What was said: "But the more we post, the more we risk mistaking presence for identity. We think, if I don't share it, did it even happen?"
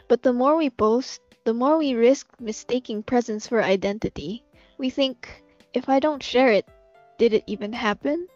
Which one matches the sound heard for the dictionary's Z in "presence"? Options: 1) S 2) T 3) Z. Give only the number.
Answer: 3